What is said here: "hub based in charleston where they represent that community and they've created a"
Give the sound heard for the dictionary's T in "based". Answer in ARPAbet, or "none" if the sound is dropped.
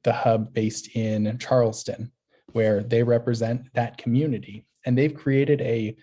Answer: T